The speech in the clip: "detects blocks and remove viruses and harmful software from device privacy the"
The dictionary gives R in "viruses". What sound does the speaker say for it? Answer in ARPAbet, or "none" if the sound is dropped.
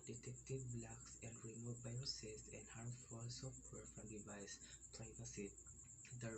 none